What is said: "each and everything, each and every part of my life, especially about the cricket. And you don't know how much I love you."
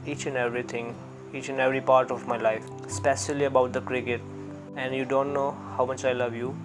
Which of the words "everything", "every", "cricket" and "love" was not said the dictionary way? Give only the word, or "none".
everything